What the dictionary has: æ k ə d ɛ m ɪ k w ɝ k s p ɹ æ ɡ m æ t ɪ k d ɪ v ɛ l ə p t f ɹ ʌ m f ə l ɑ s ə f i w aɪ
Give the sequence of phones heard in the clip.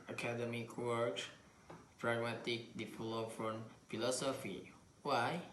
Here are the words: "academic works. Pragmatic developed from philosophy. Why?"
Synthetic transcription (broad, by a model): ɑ k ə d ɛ m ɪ k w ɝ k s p ɹ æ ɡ m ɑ t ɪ k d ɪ f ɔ l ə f ɹ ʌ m f ə l ɑ s ə f i w aɪ